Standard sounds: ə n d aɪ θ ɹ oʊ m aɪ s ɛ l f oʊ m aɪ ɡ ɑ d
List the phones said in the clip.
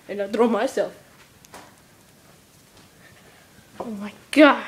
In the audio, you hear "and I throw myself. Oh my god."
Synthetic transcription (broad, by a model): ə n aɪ t ɹ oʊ m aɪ s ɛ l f oʊ m aɪ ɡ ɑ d